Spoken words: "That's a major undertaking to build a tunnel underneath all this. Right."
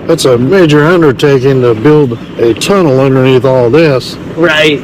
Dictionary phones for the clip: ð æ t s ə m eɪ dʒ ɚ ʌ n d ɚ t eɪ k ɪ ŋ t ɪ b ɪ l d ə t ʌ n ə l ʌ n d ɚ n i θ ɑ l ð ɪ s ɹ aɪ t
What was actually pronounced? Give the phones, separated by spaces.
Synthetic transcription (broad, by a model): ð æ t s ə m eɪ dʒ ɚ ʌ n d ɚ t eɪ k ɪ ŋ t ɪ b ɪ l d ə t ʌ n l ʌ n d ɚ n i θ ɑ l ð ɪ s ɹ aɪ t